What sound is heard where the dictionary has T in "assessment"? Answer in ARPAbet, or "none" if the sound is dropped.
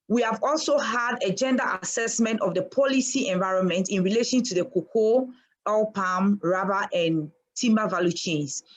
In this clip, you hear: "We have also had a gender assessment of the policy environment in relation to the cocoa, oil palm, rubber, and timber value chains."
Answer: T